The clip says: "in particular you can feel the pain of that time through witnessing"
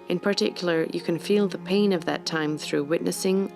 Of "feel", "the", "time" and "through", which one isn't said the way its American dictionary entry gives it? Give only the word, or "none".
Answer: none